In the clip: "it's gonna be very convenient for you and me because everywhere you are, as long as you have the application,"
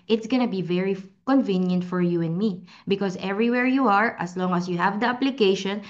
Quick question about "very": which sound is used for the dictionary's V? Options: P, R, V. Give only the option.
V